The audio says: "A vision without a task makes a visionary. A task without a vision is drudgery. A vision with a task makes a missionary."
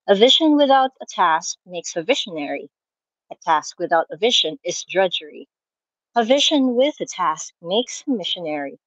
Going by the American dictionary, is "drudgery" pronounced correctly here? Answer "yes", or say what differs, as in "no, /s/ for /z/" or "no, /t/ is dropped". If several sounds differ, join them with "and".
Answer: yes